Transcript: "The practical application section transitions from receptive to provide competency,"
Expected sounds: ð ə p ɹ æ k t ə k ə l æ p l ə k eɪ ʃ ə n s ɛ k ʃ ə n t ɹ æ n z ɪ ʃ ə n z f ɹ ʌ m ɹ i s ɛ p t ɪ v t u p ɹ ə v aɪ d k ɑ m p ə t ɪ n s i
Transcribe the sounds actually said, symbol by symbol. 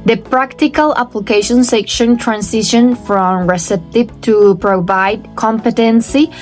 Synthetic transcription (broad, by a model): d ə p ɹ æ k t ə k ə l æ p l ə k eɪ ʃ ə n s ɛ k ʃ ə n t ɹ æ n s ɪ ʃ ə n f ɹ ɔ m ɹ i s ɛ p t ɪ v t u p ɹ ə v aɪ d k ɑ m p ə t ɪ n s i